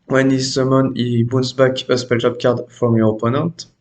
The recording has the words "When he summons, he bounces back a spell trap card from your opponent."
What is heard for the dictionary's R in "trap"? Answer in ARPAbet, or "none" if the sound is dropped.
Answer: none